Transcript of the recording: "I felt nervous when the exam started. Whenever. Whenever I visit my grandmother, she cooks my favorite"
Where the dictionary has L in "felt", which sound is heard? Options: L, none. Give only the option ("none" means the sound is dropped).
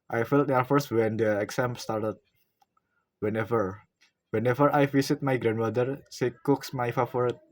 L